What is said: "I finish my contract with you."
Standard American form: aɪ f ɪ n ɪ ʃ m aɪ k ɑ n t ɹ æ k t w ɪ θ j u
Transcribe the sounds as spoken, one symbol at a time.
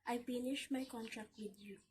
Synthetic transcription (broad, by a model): aɪ p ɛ n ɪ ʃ m aɪ k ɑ n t ɹ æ k t w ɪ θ j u